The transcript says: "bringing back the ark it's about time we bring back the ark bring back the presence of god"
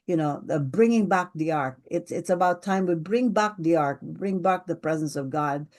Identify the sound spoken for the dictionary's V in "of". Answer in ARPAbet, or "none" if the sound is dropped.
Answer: V